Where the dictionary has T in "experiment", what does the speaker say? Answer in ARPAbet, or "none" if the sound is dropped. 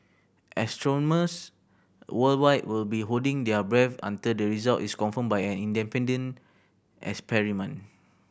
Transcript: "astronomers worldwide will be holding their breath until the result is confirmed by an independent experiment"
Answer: none